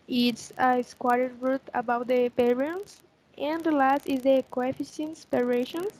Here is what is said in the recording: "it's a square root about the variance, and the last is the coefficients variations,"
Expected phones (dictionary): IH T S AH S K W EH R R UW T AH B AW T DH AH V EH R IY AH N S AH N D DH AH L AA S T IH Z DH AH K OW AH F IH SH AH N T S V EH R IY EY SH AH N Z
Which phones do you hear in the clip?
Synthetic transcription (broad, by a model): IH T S AH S K W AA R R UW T AH B AW T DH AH P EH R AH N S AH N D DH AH L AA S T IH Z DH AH K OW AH F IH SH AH N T S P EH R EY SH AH N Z